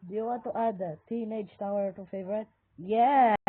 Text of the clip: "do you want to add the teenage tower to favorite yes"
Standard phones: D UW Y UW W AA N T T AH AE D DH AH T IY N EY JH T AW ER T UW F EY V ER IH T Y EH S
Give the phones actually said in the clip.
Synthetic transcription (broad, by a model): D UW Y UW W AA T T AH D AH T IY N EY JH T AW ER T UW F EY V ER IH T Y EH